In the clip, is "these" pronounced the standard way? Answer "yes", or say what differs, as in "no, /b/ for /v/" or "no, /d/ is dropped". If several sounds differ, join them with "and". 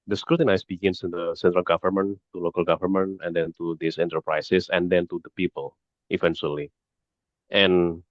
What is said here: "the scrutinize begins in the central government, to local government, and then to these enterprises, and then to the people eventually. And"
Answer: no, /s/ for /z/